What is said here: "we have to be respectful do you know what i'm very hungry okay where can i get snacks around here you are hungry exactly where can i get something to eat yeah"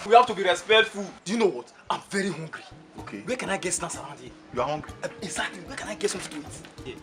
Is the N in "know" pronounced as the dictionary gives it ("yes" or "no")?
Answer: yes